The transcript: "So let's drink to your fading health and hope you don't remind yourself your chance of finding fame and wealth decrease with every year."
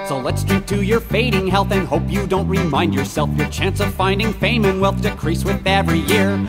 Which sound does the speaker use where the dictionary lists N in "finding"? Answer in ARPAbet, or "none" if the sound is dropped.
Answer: N